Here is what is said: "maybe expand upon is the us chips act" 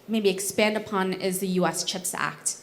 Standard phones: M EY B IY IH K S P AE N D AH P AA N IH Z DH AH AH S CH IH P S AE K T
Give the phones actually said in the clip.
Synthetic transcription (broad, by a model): M EY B IY IH K S P AE N D AH P AA N IH Z DH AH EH S CH IH P S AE K T